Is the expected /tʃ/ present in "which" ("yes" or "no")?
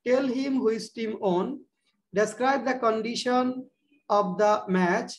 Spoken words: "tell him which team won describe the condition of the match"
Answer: no